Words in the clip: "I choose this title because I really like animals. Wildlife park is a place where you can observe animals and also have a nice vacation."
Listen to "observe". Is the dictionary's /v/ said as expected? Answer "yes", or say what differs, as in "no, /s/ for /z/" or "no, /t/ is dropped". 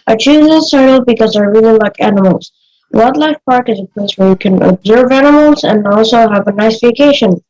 yes